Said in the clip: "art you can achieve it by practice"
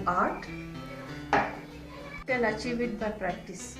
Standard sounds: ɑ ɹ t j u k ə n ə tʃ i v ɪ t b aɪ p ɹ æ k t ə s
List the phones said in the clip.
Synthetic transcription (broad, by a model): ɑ ɹ t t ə l ə tʃ i v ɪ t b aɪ p ɹ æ k t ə s